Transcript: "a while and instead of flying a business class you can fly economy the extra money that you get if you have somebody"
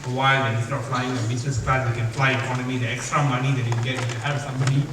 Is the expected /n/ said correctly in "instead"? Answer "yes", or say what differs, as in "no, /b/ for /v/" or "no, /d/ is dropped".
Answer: no, /n/ is dropped